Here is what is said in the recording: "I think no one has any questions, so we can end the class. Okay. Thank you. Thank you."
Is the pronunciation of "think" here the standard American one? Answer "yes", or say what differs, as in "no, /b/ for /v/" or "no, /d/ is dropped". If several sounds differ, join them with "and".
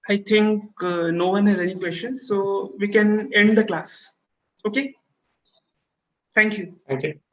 no, /t/ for /θ/